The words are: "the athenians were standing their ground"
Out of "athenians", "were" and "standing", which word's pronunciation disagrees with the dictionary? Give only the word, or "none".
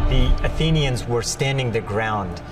none